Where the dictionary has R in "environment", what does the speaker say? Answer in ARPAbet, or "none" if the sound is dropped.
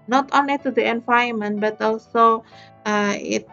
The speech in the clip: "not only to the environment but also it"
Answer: none